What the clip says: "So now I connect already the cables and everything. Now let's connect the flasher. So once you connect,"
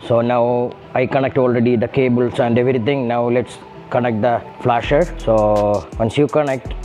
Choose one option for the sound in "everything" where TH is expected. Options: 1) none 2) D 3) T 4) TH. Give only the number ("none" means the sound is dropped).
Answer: 3